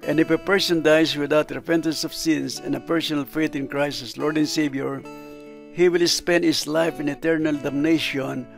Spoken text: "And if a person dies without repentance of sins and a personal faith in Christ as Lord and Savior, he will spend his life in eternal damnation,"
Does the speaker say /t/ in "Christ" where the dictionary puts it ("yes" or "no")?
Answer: no